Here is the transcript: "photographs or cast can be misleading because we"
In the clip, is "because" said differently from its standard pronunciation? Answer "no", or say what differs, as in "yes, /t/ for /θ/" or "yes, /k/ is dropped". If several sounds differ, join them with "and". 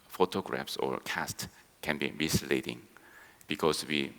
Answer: yes, /s/ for /z/